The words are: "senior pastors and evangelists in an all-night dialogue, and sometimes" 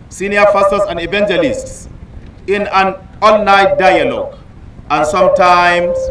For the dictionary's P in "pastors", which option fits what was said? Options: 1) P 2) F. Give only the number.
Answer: 2